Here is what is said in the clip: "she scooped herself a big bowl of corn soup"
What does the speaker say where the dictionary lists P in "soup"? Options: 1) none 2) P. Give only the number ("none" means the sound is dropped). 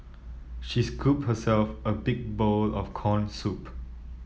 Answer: 2